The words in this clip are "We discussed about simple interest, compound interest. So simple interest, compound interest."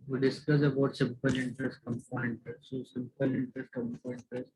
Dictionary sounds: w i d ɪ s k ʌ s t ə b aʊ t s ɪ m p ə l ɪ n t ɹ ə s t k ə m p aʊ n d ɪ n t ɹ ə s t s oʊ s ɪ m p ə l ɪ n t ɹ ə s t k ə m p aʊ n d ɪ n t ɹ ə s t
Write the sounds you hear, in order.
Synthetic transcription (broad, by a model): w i d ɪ s k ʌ s ə b aʊ t s ɪ m p ə l ɪ n t ɹ ə s t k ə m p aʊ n ɪ n t ɹ ə s t s oʊ s ɪ m p ə l ɪ n t ɹ ə s t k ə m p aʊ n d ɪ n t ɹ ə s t